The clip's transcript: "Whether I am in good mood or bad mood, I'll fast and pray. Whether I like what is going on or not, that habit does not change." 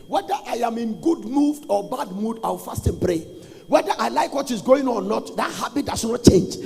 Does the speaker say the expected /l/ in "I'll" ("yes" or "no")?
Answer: no